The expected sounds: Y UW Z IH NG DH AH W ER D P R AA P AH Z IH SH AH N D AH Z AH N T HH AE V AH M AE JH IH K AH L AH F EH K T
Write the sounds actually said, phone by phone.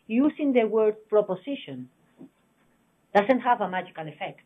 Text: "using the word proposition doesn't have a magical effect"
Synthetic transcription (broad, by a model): Y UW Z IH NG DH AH W ER D P R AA P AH S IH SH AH N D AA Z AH N T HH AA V AH M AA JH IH K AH L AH F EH K T